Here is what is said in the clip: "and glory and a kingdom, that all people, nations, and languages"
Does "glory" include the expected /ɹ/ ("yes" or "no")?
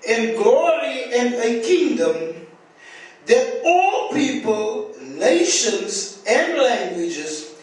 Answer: yes